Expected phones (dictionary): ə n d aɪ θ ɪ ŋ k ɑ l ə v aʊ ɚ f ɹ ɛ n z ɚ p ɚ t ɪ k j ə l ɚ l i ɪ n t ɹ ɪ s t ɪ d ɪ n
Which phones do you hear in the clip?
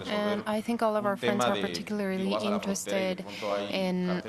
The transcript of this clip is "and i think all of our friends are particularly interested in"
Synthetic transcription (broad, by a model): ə n aɪ θ ɪ ŋ k ɑ l ə v aʊ ɚ f ɹ ɛ n z ɚ p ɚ t ɪ k j l ɚ l i ɪ n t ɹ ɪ s t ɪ d ɪ n